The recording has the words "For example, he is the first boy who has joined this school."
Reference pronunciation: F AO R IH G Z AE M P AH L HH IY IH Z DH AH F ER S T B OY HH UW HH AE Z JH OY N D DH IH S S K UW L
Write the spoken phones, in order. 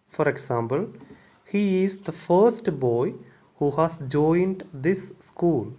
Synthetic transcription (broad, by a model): F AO R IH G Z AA M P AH L HH IY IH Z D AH F ER S T B OY HH UW HH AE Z JH OY N D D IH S S K UW L